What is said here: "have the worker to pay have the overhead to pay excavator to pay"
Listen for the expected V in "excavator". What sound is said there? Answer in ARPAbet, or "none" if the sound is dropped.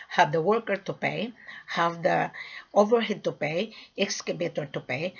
B